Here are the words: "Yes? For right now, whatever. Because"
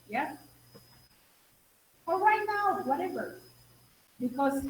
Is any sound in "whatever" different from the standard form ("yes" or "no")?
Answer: no